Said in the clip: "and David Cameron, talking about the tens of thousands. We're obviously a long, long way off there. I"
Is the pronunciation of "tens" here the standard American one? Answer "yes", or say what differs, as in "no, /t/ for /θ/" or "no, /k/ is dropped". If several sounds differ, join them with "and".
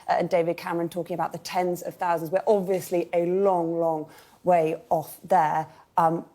yes